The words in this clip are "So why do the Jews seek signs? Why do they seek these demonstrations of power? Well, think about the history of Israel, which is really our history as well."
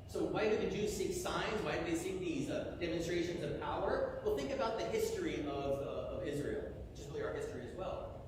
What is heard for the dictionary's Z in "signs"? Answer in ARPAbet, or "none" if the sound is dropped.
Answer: Z